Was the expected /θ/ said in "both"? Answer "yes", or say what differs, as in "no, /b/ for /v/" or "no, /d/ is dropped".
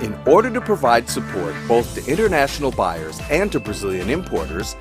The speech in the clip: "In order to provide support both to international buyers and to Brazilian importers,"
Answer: yes